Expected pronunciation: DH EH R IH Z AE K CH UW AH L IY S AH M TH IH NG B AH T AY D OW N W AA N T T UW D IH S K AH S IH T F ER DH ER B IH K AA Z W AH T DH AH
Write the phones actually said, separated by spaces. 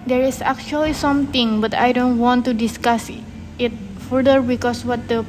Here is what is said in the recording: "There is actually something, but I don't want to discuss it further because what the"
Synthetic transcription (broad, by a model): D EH R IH S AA K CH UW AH L IY S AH M T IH NG B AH T AY D OW N W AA N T T UW D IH S K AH S IH T F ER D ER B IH K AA S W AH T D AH